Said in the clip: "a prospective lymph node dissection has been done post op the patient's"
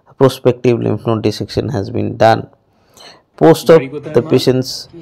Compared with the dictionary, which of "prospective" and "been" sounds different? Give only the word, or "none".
none